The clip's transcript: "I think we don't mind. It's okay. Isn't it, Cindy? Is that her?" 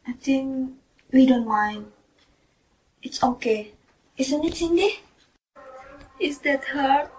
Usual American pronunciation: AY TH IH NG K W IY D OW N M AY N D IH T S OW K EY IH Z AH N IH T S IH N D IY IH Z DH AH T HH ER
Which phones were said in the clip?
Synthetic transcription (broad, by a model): AY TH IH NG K W IY D OW N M AY N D IH T S OW K EY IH S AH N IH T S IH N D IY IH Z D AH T HH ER